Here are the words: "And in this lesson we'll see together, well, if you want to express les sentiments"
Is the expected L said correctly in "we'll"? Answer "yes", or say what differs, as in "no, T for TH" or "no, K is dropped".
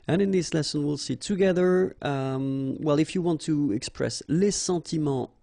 yes